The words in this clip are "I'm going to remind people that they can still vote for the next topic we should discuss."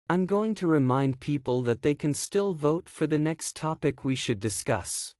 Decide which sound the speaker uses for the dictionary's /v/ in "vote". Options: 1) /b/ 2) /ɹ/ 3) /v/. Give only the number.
3